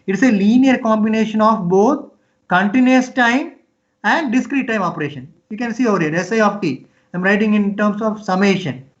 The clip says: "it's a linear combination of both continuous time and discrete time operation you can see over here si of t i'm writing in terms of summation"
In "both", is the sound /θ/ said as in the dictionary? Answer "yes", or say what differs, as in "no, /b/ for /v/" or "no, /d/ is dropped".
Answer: no, /t/ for /θ/